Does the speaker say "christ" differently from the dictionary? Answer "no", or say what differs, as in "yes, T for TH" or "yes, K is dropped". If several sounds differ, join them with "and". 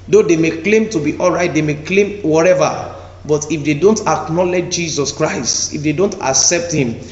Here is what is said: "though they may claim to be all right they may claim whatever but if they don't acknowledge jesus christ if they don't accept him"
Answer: no